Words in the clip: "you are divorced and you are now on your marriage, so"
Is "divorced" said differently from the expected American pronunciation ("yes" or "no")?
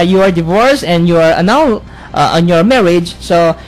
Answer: yes